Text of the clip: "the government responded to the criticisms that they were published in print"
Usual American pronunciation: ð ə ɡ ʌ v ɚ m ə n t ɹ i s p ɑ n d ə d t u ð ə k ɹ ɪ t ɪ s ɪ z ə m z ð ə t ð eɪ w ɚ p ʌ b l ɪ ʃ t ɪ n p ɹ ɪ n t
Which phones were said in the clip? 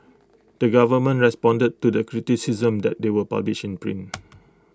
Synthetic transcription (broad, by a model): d ə ɡ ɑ v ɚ m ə n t ɹ i s p ɑ n d ə d t u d ə k ɹ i t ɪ s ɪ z ə m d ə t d eɪ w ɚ p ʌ b l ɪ ʃ ɪ n p ɹ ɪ n